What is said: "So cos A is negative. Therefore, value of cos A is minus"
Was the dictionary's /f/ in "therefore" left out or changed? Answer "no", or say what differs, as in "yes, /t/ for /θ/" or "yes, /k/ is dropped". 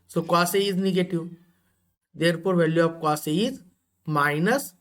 yes, /p/ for /f/